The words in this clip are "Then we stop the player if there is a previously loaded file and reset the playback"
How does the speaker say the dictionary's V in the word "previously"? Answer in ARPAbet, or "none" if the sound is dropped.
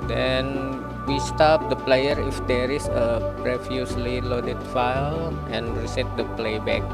F